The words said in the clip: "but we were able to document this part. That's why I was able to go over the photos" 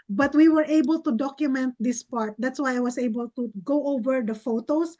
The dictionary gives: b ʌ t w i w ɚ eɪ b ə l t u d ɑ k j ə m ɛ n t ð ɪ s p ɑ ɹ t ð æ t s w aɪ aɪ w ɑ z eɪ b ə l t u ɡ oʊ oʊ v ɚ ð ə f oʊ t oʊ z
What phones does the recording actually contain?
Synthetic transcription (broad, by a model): b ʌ t w i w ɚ eɪ b ə l t u d ɑ k j ə m ɛ n t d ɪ s p ɑ ɹ t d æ t s w aɪ aɪ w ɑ s eɪ b ə l t u ɡ oʊ oʊ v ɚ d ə f oʊ t oʊ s